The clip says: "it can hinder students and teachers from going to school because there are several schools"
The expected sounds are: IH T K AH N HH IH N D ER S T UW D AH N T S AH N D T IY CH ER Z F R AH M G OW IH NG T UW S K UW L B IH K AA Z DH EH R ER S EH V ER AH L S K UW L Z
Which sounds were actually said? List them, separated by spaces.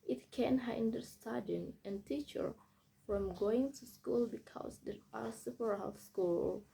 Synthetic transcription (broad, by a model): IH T K AH N HH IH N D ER S T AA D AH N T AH N T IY CH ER F R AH M G OW IH NG T UW S K UW L B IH K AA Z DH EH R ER S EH P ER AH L S K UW L